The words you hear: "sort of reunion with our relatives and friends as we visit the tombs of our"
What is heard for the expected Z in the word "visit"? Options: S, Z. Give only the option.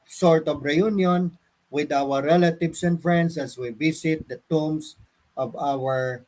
S